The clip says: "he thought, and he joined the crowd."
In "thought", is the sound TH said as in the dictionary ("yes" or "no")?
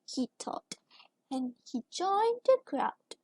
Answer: no